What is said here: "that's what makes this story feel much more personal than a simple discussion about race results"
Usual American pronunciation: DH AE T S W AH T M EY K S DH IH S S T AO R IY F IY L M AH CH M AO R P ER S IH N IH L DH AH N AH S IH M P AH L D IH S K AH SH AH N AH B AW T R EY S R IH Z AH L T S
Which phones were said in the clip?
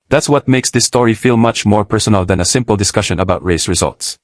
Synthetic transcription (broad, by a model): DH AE T S W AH T M EY K S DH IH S S T AO R IY F IY L M AH CH M AO R P ER S IH N IH L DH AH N AH S IH M P AH L D IH S K AH SH AH N AH B AW T R EY S R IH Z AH L T S